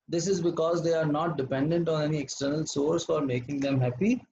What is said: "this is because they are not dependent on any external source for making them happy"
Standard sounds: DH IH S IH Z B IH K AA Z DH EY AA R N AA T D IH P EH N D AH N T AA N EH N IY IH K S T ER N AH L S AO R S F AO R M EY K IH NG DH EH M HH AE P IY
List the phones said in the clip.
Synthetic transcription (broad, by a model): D IH S IH Z B IH K AA Z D EY AA R N AA T D IH P EH N D AH N T AA N EH N IY IH K S T ER N AH L S AO R S F AO R M EY K IH NG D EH M HH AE P IY